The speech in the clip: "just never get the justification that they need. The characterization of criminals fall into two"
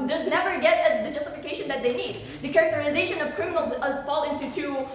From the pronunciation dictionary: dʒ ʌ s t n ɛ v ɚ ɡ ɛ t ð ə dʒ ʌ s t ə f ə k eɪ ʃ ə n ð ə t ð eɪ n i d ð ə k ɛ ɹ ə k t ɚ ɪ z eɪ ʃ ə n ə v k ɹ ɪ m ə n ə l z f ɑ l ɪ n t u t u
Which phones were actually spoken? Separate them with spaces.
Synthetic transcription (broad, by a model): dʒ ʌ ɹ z n ɛ v ɚ ɡ ɛ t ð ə dʒ ʌ s t ə f ə k eɪ ʃ ə n ð ə t ð eɪ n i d ð ə k ɛ ɹ ə k t ɚ ɪ z eɪ ʃ ə n ə v k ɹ ɪ m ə n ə z f ɑ l ɪ n t u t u